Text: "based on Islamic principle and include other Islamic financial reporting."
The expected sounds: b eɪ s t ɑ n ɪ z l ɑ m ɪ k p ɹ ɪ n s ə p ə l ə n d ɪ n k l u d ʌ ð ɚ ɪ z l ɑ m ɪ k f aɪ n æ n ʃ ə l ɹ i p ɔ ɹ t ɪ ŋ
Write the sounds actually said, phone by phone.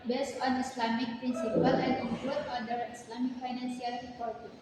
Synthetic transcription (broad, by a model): b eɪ s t ɑ n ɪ s l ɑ m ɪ k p ɹ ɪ n s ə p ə l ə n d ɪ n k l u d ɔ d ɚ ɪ s l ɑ m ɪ k f aɪ n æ n s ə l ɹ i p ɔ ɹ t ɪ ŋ